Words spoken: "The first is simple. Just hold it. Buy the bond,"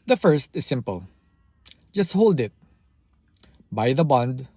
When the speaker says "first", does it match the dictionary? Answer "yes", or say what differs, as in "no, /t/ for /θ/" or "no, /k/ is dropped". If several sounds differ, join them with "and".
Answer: yes